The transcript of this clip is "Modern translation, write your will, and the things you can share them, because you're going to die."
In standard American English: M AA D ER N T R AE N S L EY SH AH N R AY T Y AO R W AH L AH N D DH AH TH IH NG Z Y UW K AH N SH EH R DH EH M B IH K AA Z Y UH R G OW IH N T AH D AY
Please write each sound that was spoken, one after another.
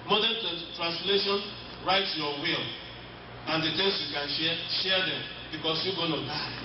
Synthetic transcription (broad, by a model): M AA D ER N T R AE N S L EY SH AH N R AY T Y AO W AH L AH N D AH T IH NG S Y UW K AH N SH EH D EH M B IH K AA S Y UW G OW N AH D AY